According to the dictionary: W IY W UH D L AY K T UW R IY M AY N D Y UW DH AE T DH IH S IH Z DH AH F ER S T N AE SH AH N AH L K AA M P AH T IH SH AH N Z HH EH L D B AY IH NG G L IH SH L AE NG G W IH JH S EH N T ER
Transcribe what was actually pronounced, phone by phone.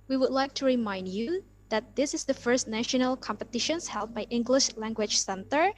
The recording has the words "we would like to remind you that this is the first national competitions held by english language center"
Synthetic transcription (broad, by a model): W IY W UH D L AY K T UW R IY M AY N D Y UW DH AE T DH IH S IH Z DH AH F ER S T N AE SH AH N AH L K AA M P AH T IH SH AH N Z HH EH L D B AY IH NG G L IH SH L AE NG G W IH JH S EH N T ER